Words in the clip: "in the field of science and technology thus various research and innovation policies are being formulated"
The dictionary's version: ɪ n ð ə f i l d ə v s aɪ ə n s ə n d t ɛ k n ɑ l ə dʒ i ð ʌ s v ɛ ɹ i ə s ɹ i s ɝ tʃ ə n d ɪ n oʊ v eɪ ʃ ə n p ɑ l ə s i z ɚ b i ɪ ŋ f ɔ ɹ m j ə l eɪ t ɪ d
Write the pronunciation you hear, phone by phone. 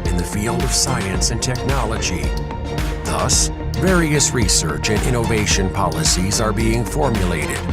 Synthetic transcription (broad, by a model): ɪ n ð ə f i l d ə v s aɪ ə n s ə n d t ɛ k n ɑ l ə dʒ i ð ʌ s v ɛ ɹ i ə s ɹ i s ɝ tʃ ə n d ɪ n oʊ v eɪ ʃ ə n p ɑ l ə s i z ɚ b i ɪ ŋ f ɔ ɹ m j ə l eɪ t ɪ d